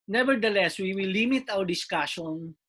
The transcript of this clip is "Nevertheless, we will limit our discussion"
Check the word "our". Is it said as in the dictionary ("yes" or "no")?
no